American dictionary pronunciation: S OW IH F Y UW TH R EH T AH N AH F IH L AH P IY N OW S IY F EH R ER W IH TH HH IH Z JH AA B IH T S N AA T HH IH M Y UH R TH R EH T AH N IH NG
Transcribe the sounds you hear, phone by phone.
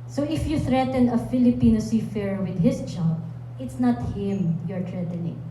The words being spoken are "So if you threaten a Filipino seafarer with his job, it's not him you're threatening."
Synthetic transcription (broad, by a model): S OW IH F Y UW TH R EH T AH N AH F IH L AH P IY N OW S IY F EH R W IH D HH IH S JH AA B IH T S N AA T HH IH M Y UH R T R EH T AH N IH NG